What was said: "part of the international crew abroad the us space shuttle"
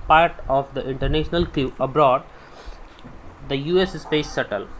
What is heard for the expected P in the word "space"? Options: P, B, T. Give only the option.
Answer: P